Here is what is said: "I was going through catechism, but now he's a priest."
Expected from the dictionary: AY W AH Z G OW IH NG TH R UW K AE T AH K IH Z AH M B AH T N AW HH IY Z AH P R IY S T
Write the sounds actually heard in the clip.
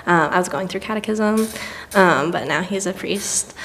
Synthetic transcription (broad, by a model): AY W AH Z G OW IH NG TH R UW K AE T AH K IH Z AH M B AH T N AW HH IY Z AH P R IY S T